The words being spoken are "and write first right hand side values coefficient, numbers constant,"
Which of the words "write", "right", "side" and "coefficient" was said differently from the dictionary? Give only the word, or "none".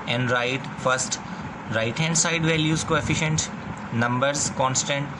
none